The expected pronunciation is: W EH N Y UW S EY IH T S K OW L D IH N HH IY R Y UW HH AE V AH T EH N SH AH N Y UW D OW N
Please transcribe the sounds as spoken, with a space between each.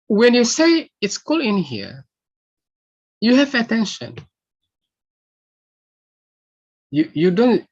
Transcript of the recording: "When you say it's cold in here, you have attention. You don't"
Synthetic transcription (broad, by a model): W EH N Y UW S EY IH T S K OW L IH N HH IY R Y UW HH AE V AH T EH N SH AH N Y UW D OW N